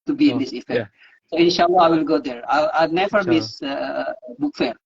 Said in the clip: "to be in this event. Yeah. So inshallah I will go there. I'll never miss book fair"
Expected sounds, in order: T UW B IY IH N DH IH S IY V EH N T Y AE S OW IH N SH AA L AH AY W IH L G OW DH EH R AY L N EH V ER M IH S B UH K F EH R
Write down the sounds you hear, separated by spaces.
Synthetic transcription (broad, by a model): T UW B IY IH N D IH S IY F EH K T S OW IH N SH AA L AH AY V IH L G OW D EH R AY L N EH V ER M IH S B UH K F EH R